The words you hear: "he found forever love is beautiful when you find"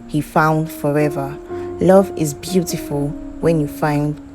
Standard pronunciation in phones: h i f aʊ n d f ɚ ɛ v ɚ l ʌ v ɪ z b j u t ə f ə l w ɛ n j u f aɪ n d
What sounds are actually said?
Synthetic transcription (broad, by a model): h i f aʊ n d f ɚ ɛ v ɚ l ʌ v ɪ z b j u t ə f ə l w ɛ n j u f aɪ n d